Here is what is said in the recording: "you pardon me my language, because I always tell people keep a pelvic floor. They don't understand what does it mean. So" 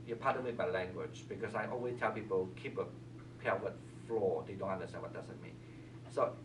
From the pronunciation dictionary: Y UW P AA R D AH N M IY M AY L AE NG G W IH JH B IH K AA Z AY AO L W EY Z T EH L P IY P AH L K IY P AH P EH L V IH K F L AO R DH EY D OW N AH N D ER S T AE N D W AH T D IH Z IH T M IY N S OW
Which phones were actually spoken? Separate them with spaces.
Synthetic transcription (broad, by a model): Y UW P AA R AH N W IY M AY L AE NG G W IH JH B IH K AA S AY AO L W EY S T EH L P IY P AH L K IY P AH P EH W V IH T F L AO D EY D OW N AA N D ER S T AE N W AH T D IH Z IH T M IY N S OW